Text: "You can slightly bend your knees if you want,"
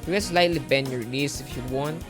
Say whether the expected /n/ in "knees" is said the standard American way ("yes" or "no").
no